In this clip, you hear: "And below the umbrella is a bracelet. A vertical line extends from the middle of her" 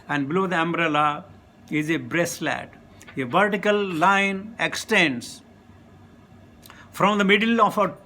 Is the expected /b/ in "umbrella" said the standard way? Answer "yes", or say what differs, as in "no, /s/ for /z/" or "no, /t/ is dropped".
yes